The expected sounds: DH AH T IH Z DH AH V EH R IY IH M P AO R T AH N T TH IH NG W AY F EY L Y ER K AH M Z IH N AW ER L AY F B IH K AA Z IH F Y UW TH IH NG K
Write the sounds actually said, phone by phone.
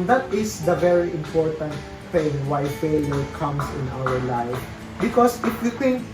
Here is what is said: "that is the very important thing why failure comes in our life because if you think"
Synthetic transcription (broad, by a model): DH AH T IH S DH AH V EH R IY IH M P AO R T AH N T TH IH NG W AY F EY L Y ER K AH M S IH N AW ER L AY F B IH K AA S IH F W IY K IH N